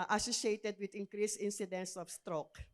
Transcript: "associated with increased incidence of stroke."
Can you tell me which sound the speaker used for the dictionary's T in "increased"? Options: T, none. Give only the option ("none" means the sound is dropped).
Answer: none